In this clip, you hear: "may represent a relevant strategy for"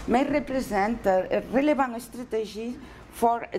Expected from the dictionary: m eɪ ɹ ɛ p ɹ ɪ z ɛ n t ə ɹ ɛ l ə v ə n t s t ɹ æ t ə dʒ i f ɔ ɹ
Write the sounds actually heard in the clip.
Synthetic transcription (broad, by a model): m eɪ ɹ ɛ p ɹ ɪ z ɛ n t ə ɹ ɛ l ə b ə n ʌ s t ɹ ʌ t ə ʒ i f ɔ ɹ